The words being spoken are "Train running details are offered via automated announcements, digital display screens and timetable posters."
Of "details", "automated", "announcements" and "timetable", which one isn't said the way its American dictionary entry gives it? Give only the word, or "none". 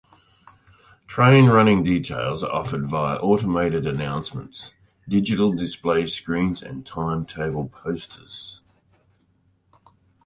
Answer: none